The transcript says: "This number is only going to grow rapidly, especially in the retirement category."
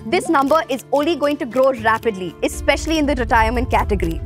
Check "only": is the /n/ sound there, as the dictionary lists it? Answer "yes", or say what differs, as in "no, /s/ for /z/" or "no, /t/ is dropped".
yes